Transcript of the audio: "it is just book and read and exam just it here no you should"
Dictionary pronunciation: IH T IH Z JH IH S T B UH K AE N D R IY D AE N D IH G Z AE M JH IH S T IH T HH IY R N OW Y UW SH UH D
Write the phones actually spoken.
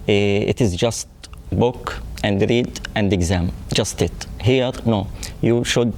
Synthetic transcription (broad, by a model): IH T IH Z JH IH S T B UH K AE N D R IY D AE N D IH G Z AE M JH IH S T IH T HH IY R N OW Y UW SH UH D